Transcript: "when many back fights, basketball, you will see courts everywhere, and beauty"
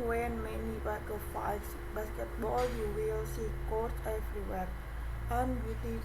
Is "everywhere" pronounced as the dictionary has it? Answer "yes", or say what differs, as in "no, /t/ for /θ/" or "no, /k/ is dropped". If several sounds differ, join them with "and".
no, /f/ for /v/